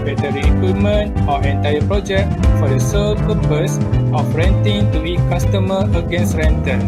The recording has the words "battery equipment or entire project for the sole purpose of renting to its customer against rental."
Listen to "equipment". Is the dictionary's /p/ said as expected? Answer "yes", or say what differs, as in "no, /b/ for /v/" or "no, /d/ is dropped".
no, /p/ is dropped